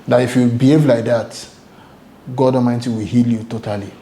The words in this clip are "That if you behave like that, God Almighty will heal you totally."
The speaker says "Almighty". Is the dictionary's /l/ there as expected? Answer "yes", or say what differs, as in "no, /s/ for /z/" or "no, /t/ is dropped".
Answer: no, /l/ is dropped